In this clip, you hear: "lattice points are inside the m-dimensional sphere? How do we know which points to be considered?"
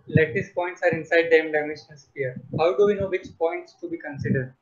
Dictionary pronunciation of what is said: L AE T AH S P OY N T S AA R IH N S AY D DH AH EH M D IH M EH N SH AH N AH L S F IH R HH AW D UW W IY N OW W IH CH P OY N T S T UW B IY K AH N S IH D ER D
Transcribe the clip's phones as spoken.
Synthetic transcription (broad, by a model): L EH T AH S P OY N T S AA R IH N S AY D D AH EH M D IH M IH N AH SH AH N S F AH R HH AW D UW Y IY N OW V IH CH P OY N T S T UW B IY K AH N S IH D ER D